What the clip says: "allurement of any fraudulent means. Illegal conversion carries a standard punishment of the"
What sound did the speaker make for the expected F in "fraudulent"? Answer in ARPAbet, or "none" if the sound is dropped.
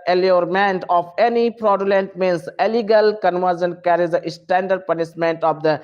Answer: P